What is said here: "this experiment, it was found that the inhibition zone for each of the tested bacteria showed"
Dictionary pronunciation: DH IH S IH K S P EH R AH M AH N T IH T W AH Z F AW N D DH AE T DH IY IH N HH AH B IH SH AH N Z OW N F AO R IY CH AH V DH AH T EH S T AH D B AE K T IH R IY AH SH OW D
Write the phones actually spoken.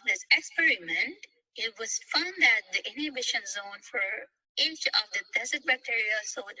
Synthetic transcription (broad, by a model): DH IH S IH K S P EH R AH M AH N T IH T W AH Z F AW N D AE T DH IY IH N HH AH B IH SH AH N Z OW N F AO R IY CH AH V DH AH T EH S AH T B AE K T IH R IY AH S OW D